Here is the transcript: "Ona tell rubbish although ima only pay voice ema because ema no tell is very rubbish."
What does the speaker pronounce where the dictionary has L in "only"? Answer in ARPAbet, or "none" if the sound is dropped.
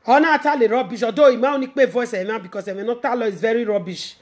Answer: none